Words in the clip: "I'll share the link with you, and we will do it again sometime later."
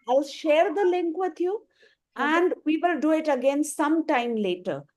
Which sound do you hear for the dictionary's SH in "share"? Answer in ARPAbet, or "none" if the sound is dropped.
SH